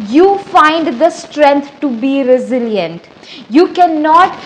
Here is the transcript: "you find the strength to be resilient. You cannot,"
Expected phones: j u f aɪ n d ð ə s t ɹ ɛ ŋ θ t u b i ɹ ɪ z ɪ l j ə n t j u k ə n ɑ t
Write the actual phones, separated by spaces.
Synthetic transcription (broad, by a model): j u f aɪ n d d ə s t ɹ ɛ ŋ t t u b i ɹ ɪ z ɪ l j ə n t j u k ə n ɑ t